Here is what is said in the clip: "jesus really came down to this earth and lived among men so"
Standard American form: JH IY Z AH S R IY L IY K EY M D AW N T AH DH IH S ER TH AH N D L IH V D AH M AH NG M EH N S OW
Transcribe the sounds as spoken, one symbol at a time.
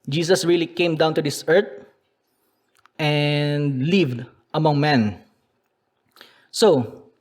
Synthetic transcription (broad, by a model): JH IY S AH S R IY L IY K EY M D AW N T AH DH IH S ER T AH N D L IH V D AH M AH NG M EH N S OW